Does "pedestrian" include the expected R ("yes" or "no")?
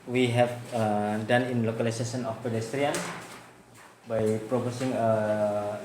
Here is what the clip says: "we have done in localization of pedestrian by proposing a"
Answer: yes